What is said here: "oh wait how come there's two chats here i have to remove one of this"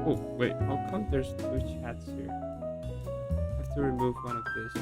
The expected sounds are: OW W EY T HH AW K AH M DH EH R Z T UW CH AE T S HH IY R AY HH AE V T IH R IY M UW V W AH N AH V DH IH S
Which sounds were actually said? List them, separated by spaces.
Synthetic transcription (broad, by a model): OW W EY T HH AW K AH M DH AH R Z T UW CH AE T S HH IY R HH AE F T IH R IY M UW V W AH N AH V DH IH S